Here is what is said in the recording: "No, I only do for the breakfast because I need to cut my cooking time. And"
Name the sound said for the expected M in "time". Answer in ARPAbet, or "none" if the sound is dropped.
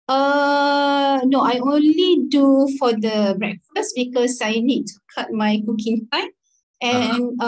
none